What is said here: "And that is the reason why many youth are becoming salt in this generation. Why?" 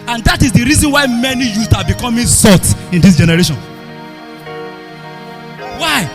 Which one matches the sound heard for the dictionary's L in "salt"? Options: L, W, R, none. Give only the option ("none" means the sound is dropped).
none